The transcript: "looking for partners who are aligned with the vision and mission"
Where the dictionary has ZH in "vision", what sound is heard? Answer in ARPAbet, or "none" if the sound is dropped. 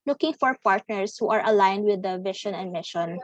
SH